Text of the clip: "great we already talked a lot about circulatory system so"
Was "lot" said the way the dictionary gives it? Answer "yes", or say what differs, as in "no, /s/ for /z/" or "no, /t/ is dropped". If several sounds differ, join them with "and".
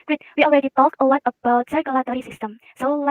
no, /w/ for /l/